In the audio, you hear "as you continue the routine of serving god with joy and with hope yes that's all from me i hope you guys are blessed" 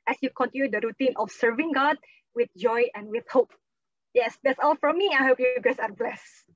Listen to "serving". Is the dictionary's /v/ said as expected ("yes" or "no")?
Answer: yes